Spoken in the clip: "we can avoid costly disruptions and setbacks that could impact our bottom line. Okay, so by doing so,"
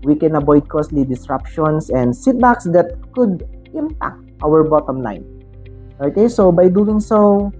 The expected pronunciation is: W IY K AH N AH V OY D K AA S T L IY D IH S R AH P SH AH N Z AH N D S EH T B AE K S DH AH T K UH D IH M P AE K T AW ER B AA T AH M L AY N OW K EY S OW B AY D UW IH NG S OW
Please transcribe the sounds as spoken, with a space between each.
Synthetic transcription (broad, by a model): W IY K AH N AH B OY D K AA S T L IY D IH S R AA P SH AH N S AH N D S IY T B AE K S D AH T K UH D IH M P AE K T AW ER B AA T AH M L AY N OW K EY S OW B AY D UW IH NG S OW